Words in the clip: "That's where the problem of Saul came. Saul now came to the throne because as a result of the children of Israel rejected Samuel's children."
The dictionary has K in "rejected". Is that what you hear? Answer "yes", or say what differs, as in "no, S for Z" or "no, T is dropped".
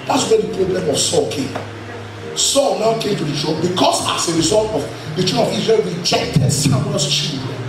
yes